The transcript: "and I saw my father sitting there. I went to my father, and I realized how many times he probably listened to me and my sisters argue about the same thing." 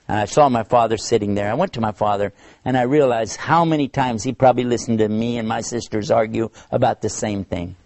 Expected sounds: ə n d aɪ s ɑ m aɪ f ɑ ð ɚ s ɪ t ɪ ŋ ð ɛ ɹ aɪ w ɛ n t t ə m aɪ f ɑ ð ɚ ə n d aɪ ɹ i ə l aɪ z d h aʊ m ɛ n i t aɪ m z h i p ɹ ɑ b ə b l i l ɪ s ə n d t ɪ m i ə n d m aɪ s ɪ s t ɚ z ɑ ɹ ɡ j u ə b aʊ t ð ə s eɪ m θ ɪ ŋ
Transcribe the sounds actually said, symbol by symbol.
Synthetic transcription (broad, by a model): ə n aɪ s ɑ m aɪ f ɑ ð ɚ s ɪ t ɪ ŋ ð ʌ ɹ aɪ w ɛ n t t ə m aɪ f ɑ ð ɚ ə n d aɪ ɹ i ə l aɪ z h aʊ m ɛ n i t aɪ m z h i p ɹ ɑ b ə b l i l ɪ s n t ɪ m i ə n m aɪ s ɪ s t ɚ z ɑ ɹ ɡ j u ə b aʊ t ð ə s eɪ m θ ɪ ŋ